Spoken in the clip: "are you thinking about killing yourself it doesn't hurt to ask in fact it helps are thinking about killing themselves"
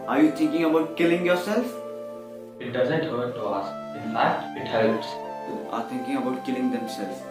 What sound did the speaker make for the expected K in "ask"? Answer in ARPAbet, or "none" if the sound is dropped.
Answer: none